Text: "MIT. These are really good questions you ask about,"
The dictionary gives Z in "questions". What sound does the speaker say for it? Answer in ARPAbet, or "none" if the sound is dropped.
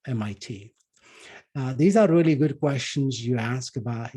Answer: Z